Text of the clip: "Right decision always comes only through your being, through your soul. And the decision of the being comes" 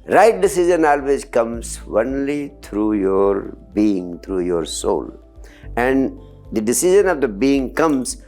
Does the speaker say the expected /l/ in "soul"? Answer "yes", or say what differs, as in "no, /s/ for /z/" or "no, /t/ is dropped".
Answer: yes